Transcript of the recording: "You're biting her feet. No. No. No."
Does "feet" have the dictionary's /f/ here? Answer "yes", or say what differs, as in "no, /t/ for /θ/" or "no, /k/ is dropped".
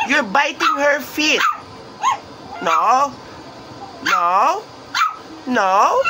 yes